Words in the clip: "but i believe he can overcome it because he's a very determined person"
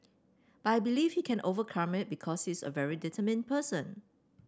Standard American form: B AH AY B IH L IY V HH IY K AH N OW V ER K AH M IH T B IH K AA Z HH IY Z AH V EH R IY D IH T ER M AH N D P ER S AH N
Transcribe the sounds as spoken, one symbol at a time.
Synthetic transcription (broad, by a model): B AY B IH L IY F HH IY K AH N OW V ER K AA M IH T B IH K AA S HH IY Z AH V EH R IY D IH T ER M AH N P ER S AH N